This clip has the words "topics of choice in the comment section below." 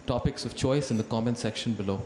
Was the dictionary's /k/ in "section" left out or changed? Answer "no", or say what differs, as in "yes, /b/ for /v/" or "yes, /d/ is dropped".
no